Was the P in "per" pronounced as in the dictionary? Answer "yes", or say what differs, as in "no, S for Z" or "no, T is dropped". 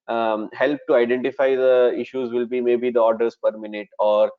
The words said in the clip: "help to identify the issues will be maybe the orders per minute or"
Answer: yes